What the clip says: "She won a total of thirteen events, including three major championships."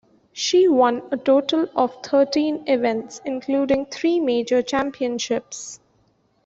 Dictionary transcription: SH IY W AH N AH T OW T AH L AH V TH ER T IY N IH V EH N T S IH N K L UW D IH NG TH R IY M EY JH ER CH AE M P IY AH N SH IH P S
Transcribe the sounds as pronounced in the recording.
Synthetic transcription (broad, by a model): SH IY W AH N AH T OW T AH L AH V T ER T IY N IH V EH N T S IH N K L UW D IH NG T R IY M EY JH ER CH AE M P IY AH N SH IH P S